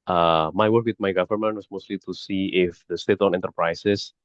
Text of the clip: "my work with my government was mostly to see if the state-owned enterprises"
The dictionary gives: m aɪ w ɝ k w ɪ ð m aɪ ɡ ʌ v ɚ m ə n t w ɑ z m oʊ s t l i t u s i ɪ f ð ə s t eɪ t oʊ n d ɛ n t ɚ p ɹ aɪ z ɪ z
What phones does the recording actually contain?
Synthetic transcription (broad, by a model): m aɪ w ɝ k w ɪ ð m aɪ ɡ ʌ v ɚ m ə n t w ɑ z m oʊ s t l i t u s i ɪ f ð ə s t eɪ t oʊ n ɛ n t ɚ p ɹ aɪ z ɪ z